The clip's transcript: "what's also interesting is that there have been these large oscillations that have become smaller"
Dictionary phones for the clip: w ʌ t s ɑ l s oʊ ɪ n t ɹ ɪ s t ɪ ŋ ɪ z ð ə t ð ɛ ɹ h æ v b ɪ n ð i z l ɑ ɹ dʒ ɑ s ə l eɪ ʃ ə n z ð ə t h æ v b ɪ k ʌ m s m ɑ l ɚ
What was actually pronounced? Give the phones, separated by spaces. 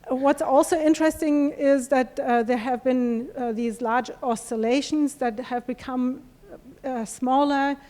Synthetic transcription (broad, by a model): w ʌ t s ɑ l s oʊ ɪ n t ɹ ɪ s t ɪ ŋ ɪ z ð ə t ð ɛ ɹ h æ v b ɪ n ð i z l ɑ ɹ dʒ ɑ s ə l eɪ ʃ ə n z ð ə t h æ v b ɪ k ʌ m s m ɑ l ɚ